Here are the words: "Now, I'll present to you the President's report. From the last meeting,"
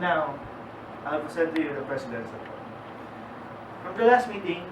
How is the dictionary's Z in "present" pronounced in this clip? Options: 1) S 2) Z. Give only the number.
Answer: 1